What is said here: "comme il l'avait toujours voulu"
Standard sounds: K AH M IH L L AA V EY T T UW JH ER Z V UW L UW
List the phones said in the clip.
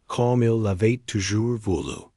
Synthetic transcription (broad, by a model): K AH M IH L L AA V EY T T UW ZH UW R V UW L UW